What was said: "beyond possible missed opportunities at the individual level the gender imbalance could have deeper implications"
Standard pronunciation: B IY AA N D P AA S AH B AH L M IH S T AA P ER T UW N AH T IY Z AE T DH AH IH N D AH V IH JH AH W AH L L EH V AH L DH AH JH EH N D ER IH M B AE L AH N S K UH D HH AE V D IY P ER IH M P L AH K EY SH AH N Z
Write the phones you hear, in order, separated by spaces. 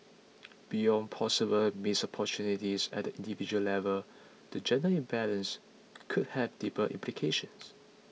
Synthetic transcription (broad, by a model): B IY AA N P AA S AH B AH L M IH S AA P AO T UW N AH T IY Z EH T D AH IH N D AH V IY JH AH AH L L EH V AH L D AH JH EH N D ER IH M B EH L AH N S K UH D HH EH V D IY P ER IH M P L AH K EY SH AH N S